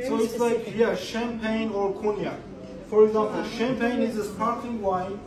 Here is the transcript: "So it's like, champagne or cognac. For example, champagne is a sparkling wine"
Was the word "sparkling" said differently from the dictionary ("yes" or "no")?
yes